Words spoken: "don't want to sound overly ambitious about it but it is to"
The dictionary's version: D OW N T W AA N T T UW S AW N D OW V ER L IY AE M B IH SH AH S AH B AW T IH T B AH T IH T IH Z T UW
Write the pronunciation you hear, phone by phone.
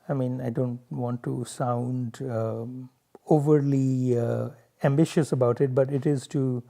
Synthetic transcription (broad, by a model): D OW N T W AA N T T UW S AW N D OW V ER L IY AE M B IH SH AH S AH B AW T IH T B AH T IH T IH Z T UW